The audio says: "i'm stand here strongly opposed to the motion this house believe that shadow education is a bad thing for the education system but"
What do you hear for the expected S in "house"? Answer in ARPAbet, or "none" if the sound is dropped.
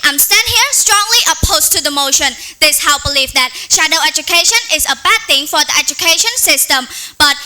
none